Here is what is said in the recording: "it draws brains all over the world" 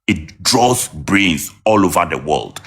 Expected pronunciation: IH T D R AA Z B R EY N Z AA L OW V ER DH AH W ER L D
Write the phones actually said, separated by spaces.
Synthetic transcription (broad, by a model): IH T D R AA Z B R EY Z AA L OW V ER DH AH W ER L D